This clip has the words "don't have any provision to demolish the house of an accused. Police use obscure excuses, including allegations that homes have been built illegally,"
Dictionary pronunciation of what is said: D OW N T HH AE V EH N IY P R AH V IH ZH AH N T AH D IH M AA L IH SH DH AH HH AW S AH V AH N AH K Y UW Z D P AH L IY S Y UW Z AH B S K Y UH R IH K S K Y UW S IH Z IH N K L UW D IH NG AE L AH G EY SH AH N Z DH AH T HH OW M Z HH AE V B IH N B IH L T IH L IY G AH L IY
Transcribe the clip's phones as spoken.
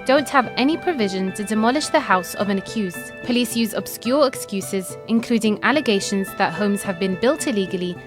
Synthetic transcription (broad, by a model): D OW N T HH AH V EH N IY P R AH V IH ZH AH N T AH D IH M AA L IH SH DH AH HH AW S AH V AH N AH K Y UW Z D P AH L IY S Y UW Z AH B S K Y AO R IH K S K Y UW S IH Z IH N K L UW D IH NG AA L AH G EY SH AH N Z DH AH T HH OW M Z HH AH V B IH N B IH L T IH L IY G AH L IY